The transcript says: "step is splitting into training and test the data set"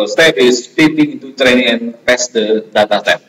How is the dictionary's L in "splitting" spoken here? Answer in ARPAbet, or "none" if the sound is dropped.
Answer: none